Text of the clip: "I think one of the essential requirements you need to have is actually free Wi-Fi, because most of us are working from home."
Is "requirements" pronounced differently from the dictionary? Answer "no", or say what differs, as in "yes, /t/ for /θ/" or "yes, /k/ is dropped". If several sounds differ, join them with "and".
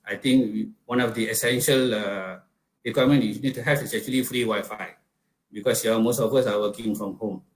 yes, /s/ is dropped